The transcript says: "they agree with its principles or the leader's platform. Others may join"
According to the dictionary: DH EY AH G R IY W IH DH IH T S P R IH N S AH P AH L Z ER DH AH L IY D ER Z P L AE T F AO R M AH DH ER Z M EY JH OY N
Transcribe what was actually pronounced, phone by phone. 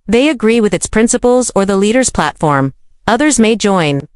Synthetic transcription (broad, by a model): DH EY AH G R IY W IH DH IH T S P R IH N S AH P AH L Z ER DH AH L IY D ER Z P L AE T F AO R M AH DH ER Z M EY JH OY N